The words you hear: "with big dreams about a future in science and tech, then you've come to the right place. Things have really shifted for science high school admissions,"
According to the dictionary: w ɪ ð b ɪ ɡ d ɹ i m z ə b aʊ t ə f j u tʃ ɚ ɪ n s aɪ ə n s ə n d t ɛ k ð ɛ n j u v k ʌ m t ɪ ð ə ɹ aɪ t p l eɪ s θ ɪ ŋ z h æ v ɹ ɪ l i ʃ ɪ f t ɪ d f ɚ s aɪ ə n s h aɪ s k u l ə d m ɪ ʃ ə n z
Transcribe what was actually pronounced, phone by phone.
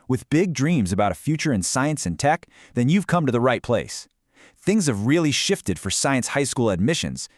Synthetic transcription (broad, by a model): w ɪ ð b ɪ ɡ d ɹ i m z ə b aʊ t ə f j u tʃ ɚ ɪ n s aɪ ə n s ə n t ɛ k ð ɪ n j u v k ʌ m t ɪ ð ə ɹ aɪ t p l eɪ s θ ɪ ŋ z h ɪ v ɹ ɪ l i ʃ ɪ f t ɪ d f ɚ s aɪ ə n s h aɪ s k u l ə d m ɪ ʃ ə n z